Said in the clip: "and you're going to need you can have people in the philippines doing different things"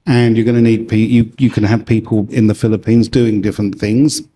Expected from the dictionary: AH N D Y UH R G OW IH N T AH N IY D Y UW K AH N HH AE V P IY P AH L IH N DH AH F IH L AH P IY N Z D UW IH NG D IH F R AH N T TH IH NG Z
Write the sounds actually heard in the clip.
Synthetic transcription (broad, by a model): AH N Y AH R G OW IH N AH N IY D Y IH K AH N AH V P IY P AH L IH N DH AH F IH L AH P IY N Z D UW IH NG D IH F R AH N TH IH NG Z